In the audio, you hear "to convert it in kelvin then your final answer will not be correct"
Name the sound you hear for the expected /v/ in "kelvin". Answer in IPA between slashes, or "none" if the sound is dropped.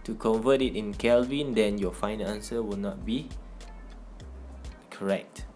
/v/